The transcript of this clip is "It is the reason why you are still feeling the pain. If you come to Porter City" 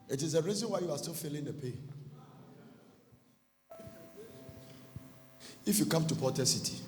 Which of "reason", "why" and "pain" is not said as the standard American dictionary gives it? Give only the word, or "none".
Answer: pain